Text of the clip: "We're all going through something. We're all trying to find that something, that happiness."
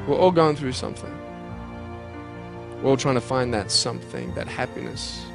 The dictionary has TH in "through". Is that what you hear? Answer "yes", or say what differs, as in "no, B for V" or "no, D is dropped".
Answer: yes